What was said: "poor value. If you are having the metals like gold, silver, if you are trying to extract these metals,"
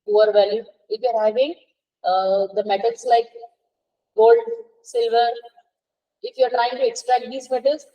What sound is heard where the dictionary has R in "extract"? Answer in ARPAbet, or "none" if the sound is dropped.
R